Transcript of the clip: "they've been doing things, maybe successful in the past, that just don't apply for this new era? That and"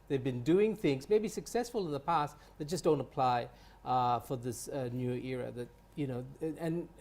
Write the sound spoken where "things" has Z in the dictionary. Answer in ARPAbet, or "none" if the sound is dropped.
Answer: Z